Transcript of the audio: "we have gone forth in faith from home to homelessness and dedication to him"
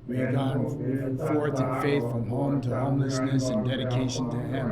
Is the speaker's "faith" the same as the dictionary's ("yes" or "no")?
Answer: yes